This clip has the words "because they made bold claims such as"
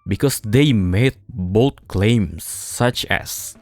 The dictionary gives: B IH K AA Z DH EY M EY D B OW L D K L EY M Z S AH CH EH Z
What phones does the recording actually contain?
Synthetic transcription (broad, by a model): B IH K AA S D EY M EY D B OW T K L EY M S AH CH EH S